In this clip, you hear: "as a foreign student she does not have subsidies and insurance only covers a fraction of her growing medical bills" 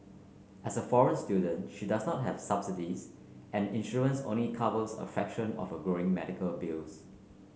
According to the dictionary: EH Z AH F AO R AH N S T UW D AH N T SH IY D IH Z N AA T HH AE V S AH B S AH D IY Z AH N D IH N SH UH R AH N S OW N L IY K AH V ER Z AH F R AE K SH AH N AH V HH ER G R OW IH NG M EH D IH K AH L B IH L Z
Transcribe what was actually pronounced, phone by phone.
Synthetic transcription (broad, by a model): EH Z AH F AO R AH N S T UW D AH N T SH IY D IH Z N AA T HH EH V S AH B S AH D IY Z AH N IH N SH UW AH N S OW N L IY K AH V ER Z AH F EH K SH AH N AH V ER G R OW IH NG M EH D IH K AH L B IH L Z